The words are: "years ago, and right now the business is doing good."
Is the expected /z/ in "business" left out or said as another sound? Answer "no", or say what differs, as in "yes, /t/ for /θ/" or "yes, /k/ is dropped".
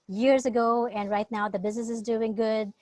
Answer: no